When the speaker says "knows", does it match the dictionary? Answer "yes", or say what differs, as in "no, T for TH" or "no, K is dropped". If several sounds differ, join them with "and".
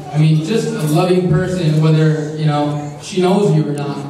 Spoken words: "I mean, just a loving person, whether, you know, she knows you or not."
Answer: yes